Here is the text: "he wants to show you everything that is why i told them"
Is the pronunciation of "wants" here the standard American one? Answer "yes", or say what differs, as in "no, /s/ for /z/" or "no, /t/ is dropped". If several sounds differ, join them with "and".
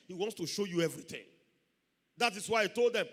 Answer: yes